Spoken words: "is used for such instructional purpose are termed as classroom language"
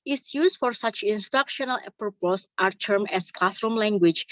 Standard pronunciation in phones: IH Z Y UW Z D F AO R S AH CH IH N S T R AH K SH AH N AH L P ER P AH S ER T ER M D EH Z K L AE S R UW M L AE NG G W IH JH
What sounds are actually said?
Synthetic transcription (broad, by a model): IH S Y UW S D F AO R S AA CH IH N S T R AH K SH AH N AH L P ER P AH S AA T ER M EH S K L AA S R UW M L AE NG G W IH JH